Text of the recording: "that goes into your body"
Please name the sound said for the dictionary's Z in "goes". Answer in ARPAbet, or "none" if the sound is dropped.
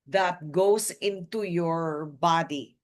S